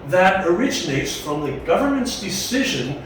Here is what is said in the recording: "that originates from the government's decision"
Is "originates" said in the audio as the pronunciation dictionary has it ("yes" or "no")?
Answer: yes